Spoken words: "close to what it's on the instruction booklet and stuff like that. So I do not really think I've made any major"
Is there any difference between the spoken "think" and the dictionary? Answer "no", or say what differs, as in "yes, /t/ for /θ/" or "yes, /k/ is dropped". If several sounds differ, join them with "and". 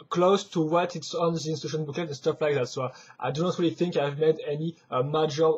no